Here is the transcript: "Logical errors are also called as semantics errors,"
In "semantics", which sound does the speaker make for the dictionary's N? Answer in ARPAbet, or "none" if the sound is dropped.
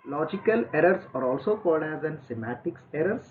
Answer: none